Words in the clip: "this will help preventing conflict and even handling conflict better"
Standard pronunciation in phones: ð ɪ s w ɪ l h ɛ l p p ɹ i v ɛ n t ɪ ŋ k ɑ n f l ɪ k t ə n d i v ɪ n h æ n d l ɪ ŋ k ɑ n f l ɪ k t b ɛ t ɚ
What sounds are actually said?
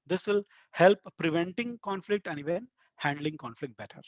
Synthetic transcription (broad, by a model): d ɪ s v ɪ l h ɛ l p p ɹ i v ɛ n t ɪ ŋ k ɑ n f l ɪ k t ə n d i v ɪ n h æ n d l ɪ ŋ k ɑ n f l ɪ k t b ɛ t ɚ